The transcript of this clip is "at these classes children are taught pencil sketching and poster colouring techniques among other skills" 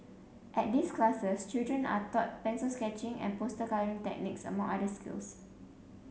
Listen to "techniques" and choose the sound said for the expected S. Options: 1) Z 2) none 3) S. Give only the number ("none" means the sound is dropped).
3